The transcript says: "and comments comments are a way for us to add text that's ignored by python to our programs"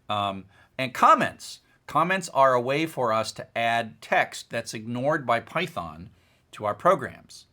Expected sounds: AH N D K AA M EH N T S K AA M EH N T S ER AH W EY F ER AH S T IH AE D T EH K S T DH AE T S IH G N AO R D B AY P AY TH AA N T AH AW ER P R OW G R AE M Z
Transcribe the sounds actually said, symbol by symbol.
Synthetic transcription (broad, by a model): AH N K AA M EH N T S K AA M EH N T S ER AH W EY F ER AH S T IH AE D T EH K S T DH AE T S IH G N AO R D B AY P AY TH AA N T AH AW ER P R OW G R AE M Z